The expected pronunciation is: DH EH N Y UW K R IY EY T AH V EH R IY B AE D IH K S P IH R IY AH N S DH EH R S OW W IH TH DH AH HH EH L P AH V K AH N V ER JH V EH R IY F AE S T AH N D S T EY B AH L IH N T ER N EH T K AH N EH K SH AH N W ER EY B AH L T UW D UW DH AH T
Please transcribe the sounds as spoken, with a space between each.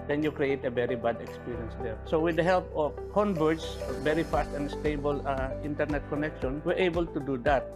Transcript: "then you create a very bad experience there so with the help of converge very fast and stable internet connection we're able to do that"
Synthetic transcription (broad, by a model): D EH N Y UW K R IY EY T AH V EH R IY B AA D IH K S P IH R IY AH N S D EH R S OW W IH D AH HH EH L P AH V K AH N B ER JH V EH R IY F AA S T AH N D S T EY B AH L IH N T ER N EH T K AH N EH K SH AH N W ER EY B AH L T UW D UW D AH T